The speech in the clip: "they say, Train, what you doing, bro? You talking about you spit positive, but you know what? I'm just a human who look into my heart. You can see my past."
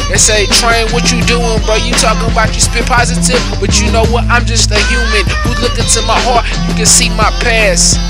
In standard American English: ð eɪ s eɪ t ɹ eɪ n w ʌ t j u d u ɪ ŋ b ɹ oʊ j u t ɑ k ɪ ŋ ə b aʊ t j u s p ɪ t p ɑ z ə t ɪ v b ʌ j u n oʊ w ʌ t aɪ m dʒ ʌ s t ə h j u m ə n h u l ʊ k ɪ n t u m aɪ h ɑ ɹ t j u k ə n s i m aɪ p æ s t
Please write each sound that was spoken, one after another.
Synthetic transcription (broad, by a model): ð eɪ s eɪ t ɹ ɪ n w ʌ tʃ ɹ d u ɪ ŋ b oʊ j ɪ t ɑ k ɪ ŋ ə b aʊ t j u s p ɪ p ɑ z ə t ɪ v b ʌ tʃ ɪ n oʊ w ʌ t aɪ m dʒ ʌ s t ə h j u m ə n h u l ʊ k ɪ n t u m aɪ h ɑ ɹ t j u k ə n s i m aɪ p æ s